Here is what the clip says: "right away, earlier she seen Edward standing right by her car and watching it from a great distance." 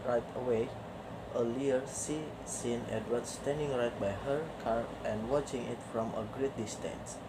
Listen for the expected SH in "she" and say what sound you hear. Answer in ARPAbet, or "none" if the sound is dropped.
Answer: S